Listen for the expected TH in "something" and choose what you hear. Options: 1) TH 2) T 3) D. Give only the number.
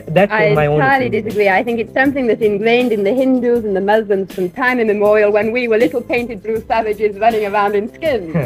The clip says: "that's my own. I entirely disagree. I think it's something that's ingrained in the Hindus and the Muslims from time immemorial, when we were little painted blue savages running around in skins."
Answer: 1